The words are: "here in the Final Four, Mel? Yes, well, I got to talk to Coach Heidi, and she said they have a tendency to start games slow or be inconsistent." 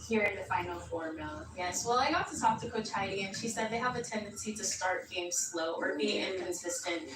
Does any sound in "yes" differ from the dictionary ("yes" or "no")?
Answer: no